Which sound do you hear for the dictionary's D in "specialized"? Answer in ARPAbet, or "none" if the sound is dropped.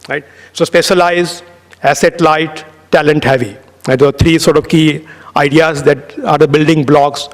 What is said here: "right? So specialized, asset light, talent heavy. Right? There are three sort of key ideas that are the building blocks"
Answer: none